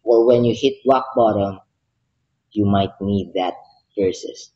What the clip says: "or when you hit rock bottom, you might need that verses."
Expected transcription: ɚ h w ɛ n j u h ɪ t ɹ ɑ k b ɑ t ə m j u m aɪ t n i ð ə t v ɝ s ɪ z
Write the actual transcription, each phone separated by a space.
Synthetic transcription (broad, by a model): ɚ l w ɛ n j u h ɪ t w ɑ k b ɑ t ə m j u m aɪ t n i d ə t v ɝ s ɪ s